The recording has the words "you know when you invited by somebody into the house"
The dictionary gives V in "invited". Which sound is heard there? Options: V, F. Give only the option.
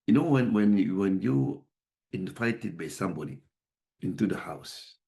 F